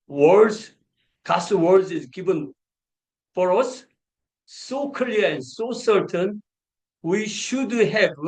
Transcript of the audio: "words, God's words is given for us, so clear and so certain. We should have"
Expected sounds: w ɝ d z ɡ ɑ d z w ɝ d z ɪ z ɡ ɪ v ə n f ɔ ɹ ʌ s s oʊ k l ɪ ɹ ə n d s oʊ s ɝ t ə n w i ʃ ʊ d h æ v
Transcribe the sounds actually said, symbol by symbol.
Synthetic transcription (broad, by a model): w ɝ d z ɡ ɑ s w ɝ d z ɪ z ɡ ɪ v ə n f ɔ ɹ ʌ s s oʊ k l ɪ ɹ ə n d s oʊ s ɝ t ə n w i ʃ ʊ d h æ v